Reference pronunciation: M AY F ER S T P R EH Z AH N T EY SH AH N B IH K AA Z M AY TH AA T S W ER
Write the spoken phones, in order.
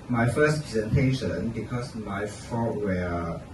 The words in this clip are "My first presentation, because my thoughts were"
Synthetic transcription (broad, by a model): M AY F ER S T P R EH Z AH N T EY SH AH N B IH K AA S M AY F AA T W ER